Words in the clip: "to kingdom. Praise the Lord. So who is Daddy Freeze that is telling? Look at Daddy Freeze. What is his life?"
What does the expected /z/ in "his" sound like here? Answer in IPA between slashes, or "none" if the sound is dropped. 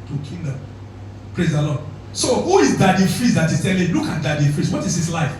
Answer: /s/